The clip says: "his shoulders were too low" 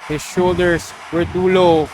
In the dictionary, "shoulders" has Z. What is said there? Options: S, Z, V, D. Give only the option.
S